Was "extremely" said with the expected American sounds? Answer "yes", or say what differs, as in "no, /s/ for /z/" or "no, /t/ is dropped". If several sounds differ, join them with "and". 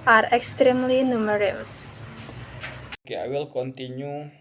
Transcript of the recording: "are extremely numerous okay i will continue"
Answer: yes